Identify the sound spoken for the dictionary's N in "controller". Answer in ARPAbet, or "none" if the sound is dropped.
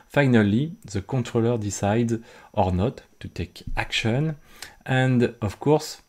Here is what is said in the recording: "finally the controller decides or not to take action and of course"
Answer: none